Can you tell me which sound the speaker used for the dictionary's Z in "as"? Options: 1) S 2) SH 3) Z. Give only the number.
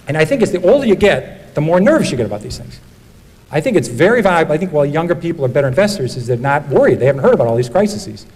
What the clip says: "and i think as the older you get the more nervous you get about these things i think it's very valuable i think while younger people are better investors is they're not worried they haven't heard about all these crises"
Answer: 1